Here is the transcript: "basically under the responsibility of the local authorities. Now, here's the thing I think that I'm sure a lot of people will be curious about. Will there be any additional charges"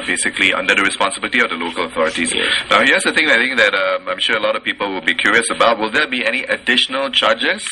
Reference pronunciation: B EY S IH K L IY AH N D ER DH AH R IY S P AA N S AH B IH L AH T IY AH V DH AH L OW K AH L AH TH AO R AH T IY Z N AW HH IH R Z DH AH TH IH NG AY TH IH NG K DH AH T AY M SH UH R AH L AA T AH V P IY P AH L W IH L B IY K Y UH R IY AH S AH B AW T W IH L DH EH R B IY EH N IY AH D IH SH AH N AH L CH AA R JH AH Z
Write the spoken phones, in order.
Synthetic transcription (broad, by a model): B EY S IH K L IY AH N D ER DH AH R IY S P AA N S AH B IH L AH T IY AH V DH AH L OW K AH L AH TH AO R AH T IY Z N AW HH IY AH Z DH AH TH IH NG AY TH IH NG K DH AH T AY M SH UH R AH L AA T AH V P IY P AH L W IH L B IY K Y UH R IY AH S AH B AW T W IH L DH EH B IY EH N IY AH D IH SH AH N AH L CH AA JH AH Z